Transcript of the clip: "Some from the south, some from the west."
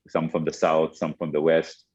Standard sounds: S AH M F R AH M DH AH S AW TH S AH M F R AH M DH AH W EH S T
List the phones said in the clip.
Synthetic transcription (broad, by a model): S AH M F R AH M DH AH S AW TH S AH M F R AH M DH AH W EH S T